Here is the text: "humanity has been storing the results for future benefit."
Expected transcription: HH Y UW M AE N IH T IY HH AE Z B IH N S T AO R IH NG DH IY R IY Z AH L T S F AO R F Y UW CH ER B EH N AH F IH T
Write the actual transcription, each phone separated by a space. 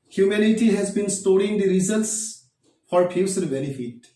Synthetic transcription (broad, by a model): HH Y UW M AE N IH T IY HH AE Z B IH N S T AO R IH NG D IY R IY Z AH L T S F AO R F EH S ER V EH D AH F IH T